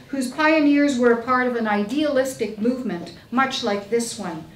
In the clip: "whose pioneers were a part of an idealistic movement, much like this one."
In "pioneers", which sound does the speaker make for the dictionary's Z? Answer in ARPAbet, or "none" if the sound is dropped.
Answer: Z